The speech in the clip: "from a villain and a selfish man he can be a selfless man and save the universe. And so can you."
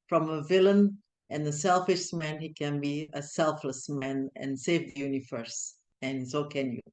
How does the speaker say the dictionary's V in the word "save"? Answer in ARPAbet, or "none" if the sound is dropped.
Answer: V